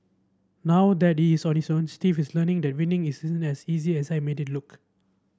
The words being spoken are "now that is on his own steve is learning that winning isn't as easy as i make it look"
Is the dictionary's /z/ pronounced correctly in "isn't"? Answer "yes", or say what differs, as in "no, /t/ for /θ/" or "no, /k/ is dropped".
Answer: no, /s/ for /z/